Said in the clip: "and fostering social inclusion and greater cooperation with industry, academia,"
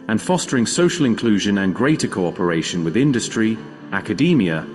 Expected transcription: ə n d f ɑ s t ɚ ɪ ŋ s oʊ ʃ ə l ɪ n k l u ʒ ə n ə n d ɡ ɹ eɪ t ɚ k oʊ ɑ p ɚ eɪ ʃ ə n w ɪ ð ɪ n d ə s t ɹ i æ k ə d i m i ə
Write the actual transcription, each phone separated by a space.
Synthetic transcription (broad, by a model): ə n f ɑ s t ɚ ɪ ŋ s oʊ ʃ ə l ɪ n k l u ʒ ə n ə n ɡ ɹ eɪ t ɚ k oʊ ɑ p ɚ eɪ ʃ ə n w ɪ ð ɪ n d ə s t ɹ i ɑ k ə d i m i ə